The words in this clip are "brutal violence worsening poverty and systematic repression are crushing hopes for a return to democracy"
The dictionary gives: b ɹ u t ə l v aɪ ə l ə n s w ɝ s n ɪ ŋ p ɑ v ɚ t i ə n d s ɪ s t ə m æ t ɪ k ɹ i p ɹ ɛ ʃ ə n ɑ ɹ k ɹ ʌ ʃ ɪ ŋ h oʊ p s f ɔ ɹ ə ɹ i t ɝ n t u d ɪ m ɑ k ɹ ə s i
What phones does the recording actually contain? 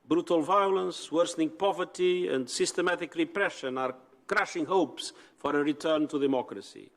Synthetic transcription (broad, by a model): b ɹ u t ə l v aɪ ə l ə n s w ɝ s n ɪ ŋ p ɑ v ɚ t i ə n d s ɪ s t ə m æ t ɪ k ɹ i p ɹ ɛ ʃ ə n ɑ ɹ k ɹ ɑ ʃ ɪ ŋ h oʊ p s f ɔ ɹ ə ɹ i t ɝ n t u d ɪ m ɑ k ɹ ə s i